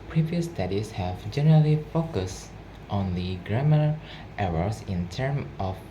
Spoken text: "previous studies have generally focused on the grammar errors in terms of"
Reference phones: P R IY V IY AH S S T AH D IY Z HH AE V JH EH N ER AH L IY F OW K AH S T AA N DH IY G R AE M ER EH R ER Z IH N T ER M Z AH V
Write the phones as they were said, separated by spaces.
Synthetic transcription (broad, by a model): P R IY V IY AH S S T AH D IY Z HH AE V JH EH N ER AH L IY F OW K AH S T AA N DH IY G R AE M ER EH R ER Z IH N T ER M AH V